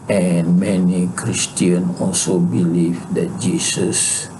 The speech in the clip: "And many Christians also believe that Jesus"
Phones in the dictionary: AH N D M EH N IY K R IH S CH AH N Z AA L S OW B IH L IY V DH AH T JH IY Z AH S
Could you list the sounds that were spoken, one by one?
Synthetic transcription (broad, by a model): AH N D M EH N IY K R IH S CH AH N AA L S OW B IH L IY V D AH T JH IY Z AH S